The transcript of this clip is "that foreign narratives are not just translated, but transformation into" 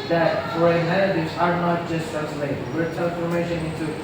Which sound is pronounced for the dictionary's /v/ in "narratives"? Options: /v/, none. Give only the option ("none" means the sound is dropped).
none